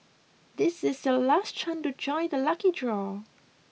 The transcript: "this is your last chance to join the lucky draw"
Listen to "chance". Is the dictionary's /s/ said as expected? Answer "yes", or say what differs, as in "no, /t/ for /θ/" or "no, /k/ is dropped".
no, /s/ is dropped